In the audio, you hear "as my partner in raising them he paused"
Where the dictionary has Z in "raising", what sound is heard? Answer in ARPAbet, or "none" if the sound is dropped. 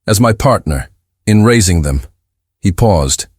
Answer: Z